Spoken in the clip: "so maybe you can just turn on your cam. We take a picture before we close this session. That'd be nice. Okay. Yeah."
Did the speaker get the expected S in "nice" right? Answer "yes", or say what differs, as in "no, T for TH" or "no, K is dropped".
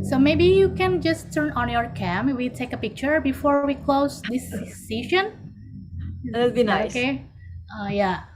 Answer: no, S is dropped